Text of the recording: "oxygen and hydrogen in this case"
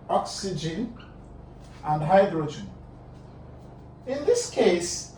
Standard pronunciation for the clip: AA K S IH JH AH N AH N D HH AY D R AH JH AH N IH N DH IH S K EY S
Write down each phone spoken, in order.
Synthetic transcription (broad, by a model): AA K S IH JH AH N AH N D HH AY D R AH JH AH N IH N DH IH S K EY S